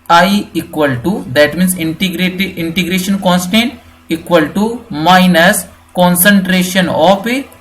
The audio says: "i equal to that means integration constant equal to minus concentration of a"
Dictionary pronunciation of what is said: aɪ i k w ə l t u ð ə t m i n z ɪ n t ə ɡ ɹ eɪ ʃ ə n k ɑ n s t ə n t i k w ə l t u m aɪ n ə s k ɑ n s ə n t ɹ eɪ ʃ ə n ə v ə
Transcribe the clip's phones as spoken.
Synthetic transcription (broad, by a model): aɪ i k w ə l t u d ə t m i n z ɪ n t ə ɡ ɹ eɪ ʃ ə n k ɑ n s t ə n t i k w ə l t u m aɪ n ə s k ɑ n s ə n t ɹ eɪ ʃ ə n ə p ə